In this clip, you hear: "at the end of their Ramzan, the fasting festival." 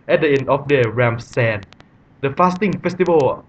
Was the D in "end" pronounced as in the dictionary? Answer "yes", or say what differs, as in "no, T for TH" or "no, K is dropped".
no, D is dropped